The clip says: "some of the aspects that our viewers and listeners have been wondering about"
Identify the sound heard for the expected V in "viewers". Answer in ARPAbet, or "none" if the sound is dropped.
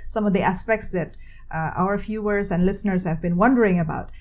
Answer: F